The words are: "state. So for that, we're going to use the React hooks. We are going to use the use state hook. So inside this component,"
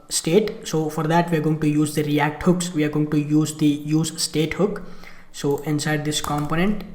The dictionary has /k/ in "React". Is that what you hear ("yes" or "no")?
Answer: yes